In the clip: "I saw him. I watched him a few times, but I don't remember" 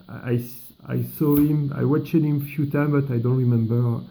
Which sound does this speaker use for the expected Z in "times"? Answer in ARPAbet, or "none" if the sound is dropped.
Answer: none